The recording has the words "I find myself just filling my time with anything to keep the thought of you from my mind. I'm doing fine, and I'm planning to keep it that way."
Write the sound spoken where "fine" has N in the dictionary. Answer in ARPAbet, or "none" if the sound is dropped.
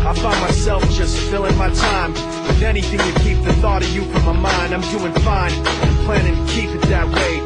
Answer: none